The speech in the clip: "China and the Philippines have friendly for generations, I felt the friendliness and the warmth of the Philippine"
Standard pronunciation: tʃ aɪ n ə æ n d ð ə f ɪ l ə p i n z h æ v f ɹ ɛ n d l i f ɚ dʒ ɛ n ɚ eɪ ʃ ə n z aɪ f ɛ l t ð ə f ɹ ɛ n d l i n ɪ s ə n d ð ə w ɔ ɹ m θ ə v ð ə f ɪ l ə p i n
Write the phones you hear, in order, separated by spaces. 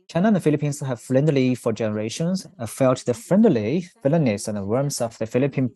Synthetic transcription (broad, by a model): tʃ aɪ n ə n ð ə f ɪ l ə p i n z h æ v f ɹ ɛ n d l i f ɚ dʒ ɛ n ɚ eɪ ʃ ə n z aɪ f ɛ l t ð ə f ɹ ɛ n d l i n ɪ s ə n ð ə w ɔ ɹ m s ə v ð ə f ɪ l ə p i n